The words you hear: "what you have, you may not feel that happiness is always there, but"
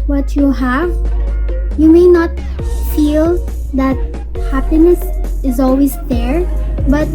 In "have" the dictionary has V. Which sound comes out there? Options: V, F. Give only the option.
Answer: V